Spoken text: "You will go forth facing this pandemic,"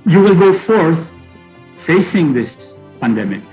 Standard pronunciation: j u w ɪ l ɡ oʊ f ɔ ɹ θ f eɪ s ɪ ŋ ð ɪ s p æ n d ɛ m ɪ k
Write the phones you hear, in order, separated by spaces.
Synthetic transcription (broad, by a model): j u w ɪ l ɡ oʊ f ɔ ɹ θ f eɪ s ɪ ŋ ð ɪ s p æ n d ɛ m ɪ k